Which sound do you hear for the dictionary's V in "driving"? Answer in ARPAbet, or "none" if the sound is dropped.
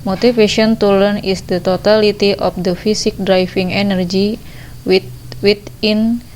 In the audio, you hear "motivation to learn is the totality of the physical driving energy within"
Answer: F